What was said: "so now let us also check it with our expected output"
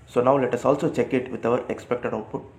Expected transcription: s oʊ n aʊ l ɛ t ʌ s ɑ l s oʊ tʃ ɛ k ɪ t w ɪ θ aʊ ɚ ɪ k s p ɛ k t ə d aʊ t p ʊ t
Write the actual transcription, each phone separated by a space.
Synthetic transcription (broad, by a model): s oʊ n aʊ l ɛ t ʌ s ɑ l s oʊ tʃ ɛ k ɪ t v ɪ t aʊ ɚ ɪ k s p ɛ k t ə d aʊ t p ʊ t